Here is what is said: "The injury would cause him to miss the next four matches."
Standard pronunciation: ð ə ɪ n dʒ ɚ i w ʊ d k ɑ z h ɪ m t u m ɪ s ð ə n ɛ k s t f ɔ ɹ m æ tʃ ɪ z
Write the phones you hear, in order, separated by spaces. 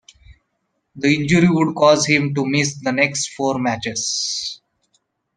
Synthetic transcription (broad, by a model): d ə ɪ n dʒ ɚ i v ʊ d k ɑ z h ɪ m t u m ɪ s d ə n ɛ k s t f ɔ ɹ m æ tʃ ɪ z